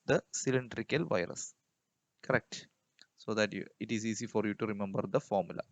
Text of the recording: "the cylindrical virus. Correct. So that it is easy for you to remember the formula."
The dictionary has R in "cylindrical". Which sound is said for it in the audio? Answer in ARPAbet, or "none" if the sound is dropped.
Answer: R